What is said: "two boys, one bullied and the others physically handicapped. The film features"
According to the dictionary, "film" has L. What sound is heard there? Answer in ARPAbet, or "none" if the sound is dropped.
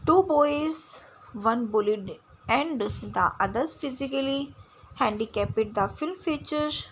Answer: L